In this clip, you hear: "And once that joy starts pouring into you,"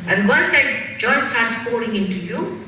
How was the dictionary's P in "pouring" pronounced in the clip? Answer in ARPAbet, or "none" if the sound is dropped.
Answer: F